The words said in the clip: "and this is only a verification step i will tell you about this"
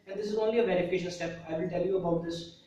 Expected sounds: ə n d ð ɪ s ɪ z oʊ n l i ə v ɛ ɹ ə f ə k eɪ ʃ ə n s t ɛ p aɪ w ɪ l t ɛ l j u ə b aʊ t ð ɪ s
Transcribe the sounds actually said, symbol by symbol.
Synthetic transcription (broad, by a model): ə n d ɪ s ɪ z oʊ n l i ə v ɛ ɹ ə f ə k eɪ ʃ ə l s t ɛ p aɪ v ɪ l t ɛ l j u ə b aʊ t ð ɪ s